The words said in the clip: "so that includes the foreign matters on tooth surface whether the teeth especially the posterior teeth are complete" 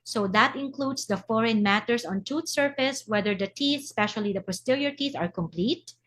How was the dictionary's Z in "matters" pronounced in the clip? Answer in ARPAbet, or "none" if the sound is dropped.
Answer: S